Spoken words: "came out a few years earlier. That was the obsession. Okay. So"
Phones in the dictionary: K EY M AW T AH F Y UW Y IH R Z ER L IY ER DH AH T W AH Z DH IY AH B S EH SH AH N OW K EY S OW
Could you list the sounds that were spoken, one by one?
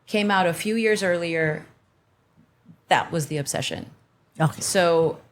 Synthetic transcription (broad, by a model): K EY M AW T AH F Y UW Y IH R Z ER L IY ER DH AH T W AH Z DH IY AH B S EH SH AH N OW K S OW